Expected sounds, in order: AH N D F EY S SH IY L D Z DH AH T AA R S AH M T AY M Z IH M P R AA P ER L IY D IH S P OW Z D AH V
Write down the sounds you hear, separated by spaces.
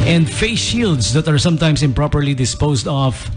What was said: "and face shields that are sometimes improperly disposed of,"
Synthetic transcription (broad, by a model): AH N D F EY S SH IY L D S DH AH T AA R S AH M T AY M S IH M P R AA P ER L IY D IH S P OW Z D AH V